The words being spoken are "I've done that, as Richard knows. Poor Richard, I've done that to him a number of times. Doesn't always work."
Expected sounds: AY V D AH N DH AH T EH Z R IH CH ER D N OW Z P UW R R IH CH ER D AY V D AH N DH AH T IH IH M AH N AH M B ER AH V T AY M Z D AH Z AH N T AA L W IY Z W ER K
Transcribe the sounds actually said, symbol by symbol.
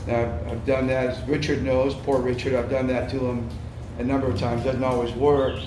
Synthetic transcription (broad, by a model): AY V D AH N DH AH T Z R IH CH ER D N OW Z P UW R R IH CH ER D AY V D AH N DH AH T IH IH M AH N AH M B ER AH V T AY M Z D AH Z N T AA L W IY Z W ER K